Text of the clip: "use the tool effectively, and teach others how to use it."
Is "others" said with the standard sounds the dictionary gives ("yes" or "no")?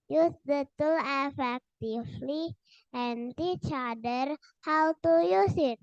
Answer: no